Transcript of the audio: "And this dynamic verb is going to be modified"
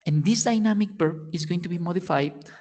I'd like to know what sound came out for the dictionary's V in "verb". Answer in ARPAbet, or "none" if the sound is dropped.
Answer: B